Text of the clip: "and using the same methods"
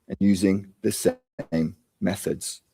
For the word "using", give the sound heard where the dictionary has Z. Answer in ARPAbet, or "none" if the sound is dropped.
Z